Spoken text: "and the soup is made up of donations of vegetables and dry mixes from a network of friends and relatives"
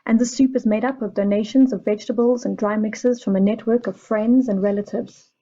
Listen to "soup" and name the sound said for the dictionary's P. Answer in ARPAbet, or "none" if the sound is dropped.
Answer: P